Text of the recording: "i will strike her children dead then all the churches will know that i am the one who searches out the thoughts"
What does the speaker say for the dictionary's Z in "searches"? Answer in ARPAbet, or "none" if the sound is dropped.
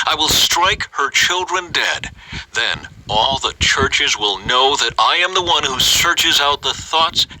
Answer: Z